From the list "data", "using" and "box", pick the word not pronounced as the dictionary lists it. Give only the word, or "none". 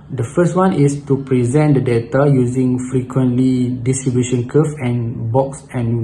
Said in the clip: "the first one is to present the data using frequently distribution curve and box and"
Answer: none